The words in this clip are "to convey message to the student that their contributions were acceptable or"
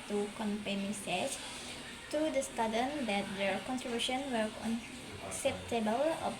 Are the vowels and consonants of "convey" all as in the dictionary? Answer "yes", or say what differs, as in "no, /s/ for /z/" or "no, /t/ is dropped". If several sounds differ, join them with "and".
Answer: no, /p/ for /v/